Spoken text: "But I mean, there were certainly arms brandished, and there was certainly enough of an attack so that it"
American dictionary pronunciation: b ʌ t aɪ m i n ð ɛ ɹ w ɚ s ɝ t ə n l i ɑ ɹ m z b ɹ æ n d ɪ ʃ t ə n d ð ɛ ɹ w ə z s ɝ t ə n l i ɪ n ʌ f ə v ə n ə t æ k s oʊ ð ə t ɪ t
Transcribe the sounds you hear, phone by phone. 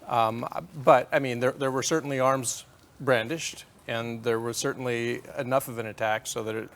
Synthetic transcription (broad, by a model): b ʌ t aɪ m i n ð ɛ ɹ w ɚ s ɝ t n l i ɑ ɹ m z b ɹ æ n d ɪ ʃ t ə n ð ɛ ɹ w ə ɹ s ɝ t n l i ɪ n ʌ f ə v ə n ə t æ k s oʊ ð ə t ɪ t